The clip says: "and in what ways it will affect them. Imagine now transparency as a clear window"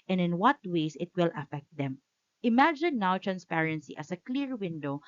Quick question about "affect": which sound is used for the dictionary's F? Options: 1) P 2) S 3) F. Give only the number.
3